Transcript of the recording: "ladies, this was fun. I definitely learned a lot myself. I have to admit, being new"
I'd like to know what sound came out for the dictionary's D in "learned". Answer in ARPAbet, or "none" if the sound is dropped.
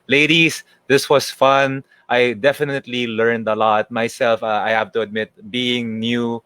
D